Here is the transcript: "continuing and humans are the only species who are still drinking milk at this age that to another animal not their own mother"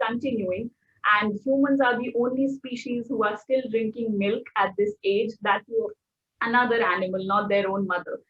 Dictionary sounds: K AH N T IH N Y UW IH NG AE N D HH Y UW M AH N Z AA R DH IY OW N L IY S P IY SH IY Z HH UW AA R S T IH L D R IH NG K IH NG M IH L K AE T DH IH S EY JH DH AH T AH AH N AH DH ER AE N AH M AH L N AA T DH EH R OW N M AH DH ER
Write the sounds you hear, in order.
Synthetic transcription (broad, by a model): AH N T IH N Y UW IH NG AE N D HH Y UW M AH N Z AA R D IY OW N L IY S P IY SH IY Z HH UW AA R S T IH L D R IH NG K IH NG M IH L K AE T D IH S EY JH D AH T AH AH N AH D ER AE N AH M AH L N AA T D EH R OW N M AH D ER